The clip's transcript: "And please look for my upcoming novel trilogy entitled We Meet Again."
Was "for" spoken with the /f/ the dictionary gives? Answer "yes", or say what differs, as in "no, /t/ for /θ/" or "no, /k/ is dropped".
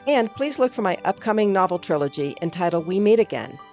yes